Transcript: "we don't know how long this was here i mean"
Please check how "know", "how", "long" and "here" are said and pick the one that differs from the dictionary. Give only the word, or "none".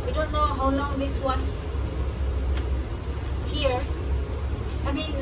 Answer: long